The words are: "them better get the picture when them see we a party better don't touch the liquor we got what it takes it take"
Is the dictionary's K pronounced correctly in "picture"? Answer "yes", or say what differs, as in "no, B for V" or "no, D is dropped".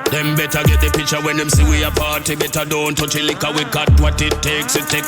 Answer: no, K is dropped